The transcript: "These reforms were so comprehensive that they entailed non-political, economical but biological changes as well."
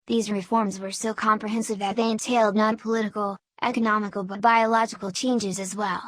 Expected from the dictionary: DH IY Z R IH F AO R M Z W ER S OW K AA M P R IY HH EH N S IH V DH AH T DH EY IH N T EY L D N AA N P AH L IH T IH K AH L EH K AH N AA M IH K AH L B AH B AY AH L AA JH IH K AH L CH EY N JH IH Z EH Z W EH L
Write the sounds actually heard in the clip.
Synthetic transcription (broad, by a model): DH IY Z R IH F AO R M Z W ER S OW K AA M P R IY HH EH N S IH V DH AH T DH EY IH N T EY L D N AA N P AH L IH T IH K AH L EH K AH N AA M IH K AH L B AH B AY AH L AA JH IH K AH L CH EY N JH IH Z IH Z W EH L